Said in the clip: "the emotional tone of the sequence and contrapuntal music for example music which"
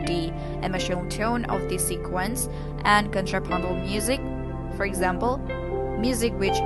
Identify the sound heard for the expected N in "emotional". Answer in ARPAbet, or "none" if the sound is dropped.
none